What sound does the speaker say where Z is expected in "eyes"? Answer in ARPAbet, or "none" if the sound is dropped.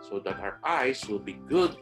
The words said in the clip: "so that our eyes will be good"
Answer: S